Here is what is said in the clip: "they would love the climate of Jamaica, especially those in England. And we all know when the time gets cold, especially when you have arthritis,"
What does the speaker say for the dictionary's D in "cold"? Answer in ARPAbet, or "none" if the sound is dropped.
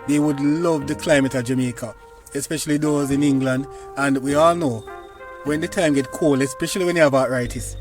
none